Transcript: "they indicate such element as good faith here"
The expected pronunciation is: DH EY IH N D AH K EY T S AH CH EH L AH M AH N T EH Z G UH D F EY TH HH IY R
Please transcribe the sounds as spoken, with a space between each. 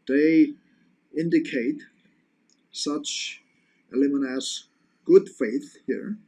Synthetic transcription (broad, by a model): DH EY IH N D AH K EY T S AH CH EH L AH M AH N AH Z G UH D F EY TH HH IY R